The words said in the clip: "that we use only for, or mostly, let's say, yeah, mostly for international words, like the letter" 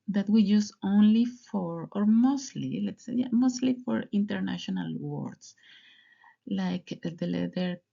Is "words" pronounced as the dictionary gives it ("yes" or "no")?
no